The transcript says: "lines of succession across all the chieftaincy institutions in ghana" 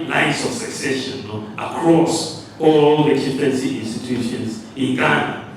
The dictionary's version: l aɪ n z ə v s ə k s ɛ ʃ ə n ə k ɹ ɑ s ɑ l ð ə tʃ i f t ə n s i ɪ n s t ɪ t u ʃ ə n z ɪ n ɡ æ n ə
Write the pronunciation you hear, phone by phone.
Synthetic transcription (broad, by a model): l aɪ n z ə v s ə k s ɛ ʃ ə n ə k ɹ ɑ s ɑ l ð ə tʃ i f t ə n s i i n s t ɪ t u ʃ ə n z ɪ n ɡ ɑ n